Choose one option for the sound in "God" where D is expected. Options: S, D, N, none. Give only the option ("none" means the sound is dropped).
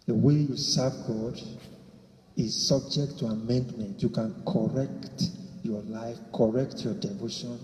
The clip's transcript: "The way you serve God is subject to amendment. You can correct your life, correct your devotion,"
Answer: D